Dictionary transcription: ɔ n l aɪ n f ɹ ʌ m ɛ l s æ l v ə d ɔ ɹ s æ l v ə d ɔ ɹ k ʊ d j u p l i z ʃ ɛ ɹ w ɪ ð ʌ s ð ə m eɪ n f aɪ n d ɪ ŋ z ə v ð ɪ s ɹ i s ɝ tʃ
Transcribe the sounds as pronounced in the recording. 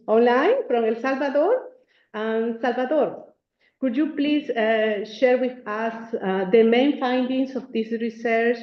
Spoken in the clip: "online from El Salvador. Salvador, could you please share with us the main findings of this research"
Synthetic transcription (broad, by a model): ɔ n l aɪ n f ɹ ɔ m ɛ l s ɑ l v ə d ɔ ɹ s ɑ l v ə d ɔ ɹ k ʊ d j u p l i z ʃ ɛ ɹ w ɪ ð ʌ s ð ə m eɪ n f aɪ n d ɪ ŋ s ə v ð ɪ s ɹ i s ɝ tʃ